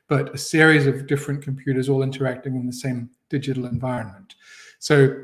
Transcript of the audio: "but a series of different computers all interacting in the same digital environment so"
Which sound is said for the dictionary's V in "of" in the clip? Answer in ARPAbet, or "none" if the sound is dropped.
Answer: V